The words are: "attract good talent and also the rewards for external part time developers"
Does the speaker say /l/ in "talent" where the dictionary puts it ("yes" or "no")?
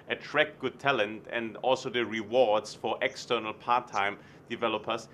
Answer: yes